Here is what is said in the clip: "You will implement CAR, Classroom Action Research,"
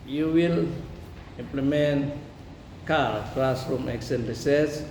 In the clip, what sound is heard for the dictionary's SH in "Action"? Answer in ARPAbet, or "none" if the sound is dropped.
S